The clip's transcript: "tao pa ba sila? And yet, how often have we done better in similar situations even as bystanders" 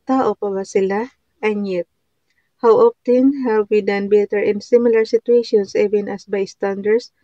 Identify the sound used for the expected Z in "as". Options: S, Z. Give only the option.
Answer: S